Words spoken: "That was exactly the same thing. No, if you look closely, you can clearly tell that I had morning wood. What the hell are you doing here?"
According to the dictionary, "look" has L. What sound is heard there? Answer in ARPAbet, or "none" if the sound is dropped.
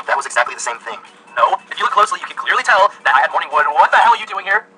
W